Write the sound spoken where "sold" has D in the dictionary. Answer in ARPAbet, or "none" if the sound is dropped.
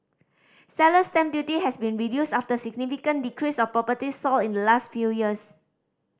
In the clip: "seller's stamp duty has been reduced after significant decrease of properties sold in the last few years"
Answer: none